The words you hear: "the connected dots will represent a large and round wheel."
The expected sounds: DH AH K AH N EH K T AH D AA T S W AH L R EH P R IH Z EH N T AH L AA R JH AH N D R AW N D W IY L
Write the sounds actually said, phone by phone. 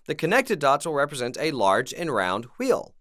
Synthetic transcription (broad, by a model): DH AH K AH N EH K T AH D AA T S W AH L R EH P R IH Z EH N T AH L AA R JH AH N R AW N D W IY L